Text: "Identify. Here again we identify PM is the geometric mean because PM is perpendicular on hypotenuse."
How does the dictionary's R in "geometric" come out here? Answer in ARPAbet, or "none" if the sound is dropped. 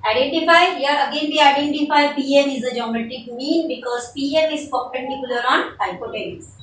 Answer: none